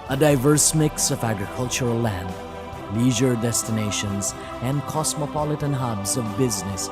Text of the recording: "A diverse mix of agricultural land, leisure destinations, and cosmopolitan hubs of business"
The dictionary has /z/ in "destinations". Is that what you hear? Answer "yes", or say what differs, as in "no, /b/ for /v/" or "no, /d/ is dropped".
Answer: yes